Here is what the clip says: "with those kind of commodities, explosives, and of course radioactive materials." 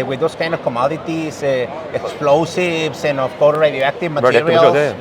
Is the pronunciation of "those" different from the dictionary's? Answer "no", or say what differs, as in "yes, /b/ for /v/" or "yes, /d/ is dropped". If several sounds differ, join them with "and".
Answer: yes, /s/ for /z/